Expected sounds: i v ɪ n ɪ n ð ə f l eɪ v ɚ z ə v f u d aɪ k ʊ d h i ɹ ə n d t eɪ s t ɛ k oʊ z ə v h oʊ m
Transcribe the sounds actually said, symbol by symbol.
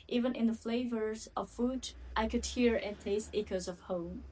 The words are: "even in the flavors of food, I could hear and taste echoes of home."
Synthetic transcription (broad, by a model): i v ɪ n ɪ n ð ə f l eɪ v ɚ z ə v f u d aɪ k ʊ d h i ɹ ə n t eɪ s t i k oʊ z ə v h oʊ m